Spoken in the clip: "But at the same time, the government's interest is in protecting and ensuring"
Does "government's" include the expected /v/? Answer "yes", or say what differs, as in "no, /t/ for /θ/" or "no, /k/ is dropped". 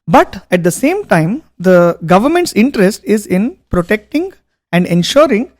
yes